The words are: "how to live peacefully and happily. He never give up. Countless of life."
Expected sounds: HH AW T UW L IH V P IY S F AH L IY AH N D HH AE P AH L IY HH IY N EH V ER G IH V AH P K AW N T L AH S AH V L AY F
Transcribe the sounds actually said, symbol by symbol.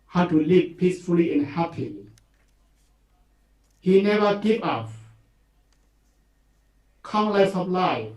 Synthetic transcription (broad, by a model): HH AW T UW L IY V P IY S F AH L IY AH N HH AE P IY HH IY N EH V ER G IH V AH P K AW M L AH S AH P L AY